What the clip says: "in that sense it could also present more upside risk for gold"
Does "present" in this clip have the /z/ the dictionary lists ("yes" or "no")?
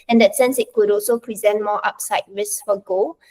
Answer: yes